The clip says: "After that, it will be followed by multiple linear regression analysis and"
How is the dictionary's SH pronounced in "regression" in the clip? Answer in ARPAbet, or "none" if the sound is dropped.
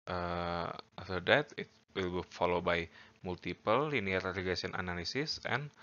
none